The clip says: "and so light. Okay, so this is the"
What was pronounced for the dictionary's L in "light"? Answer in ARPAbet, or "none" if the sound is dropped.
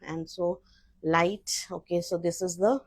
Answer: L